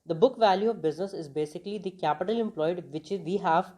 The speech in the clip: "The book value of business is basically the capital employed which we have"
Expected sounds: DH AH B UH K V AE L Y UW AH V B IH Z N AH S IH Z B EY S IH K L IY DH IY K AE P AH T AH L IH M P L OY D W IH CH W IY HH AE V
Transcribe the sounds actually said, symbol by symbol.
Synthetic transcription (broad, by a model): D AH B UH K V AE L Y UW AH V B IH Z N AH S IH Z B EY S IH K L IY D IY K AE P AH T AH L IH M P L OY D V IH CH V IY HH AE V